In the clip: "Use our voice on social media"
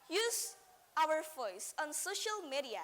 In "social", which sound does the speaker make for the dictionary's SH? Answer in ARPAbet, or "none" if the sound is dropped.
SH